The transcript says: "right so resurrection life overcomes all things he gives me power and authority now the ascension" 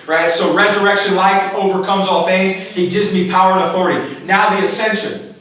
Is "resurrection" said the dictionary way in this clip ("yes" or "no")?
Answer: yes